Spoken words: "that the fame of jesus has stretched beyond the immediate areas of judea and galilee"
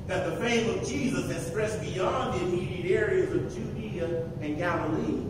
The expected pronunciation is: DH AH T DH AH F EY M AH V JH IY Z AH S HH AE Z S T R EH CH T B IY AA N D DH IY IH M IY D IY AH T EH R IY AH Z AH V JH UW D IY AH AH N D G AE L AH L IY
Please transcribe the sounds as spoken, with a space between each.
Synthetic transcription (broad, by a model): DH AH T DH AH F EY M AH V JH IY Z AH S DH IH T S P R EH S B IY AA N DH IY IH M IY D IY AH T EH R IY AH Z AH V JH UW D IY AH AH N G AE L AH L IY